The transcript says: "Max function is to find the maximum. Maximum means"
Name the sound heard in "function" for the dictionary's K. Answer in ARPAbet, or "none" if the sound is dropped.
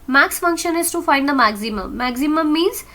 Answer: K